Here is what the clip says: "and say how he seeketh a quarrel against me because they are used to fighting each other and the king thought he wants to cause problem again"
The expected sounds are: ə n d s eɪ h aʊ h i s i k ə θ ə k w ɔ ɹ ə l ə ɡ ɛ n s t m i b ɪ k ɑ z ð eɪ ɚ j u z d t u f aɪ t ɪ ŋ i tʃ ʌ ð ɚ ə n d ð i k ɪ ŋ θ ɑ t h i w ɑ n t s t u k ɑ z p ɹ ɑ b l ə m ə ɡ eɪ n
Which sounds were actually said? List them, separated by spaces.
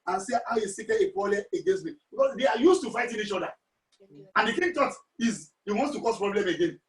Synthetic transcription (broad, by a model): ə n s eɪ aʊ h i s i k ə ə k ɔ l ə ə ɡ ɛ n s t m i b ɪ k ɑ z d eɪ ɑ j u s t u f aɪ t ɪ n i tʃ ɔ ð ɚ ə n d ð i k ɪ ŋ t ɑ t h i w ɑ n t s t u k ɑ s p ɹ ɑ b l ə m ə ɡ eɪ n